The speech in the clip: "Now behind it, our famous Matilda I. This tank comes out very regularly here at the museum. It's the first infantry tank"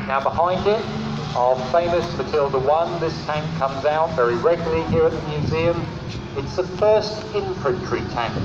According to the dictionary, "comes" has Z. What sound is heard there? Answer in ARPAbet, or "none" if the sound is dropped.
Z